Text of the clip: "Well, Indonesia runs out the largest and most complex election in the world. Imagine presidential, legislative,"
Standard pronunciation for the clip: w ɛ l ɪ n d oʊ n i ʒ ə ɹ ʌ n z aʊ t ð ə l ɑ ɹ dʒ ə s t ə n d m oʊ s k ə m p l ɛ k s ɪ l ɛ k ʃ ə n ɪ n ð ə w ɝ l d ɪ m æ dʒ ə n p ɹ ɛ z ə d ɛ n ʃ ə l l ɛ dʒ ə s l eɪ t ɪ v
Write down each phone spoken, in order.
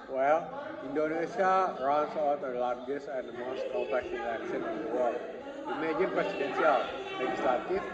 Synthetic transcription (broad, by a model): w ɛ l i n d oʊ n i s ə ɹ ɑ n s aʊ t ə l ɑ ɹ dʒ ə s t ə n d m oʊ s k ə p ɛ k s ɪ n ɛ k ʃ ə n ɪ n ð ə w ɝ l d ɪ m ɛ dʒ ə n p ɹ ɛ s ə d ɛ n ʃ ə l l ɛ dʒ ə s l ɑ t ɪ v